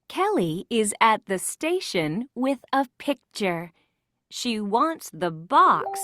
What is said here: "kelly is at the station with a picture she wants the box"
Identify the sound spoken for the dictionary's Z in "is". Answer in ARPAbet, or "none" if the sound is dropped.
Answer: Z